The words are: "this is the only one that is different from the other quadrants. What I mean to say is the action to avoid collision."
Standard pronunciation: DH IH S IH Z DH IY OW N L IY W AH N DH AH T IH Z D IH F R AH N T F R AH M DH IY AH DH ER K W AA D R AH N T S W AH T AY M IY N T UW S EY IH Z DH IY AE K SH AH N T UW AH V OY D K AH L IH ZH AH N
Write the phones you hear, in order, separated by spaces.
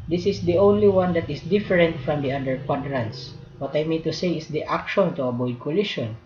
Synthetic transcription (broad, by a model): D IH S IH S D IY OW N L IY W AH N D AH T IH S D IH F R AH N T F R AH M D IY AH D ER K W AA D R AH N T S W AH T AY M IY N T UW S EY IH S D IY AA K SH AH N T UW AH B OY D K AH L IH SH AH N